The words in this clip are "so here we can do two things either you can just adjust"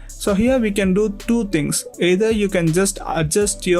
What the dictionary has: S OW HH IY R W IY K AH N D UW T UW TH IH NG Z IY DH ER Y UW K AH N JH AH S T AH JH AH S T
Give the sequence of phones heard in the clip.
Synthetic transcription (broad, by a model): S OW HH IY R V IY K AH N D UW T UW T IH NG S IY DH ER Y UW K AH N JH AH S T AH JH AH S T